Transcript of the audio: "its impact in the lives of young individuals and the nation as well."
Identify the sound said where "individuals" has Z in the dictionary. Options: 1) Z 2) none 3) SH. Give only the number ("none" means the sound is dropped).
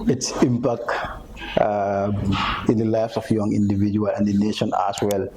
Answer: 2